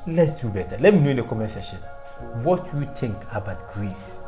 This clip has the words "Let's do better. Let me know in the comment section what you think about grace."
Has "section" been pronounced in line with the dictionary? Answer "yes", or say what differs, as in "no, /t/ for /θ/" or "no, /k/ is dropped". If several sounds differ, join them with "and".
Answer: no, /k/ is dropped